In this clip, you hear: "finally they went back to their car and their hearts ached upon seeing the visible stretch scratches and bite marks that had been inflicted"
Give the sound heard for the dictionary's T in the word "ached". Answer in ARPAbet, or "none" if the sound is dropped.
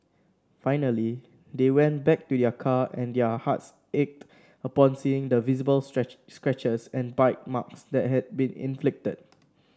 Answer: T